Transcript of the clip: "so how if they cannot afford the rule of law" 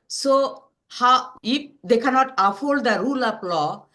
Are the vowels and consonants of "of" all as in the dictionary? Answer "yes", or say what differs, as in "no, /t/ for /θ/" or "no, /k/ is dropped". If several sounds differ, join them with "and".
no, /p/ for /v/